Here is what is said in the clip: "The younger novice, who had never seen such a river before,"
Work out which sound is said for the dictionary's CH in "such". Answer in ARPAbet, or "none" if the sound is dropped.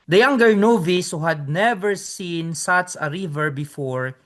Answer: S